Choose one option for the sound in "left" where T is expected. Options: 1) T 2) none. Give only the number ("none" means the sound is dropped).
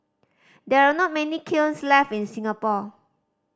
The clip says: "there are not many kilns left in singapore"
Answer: 2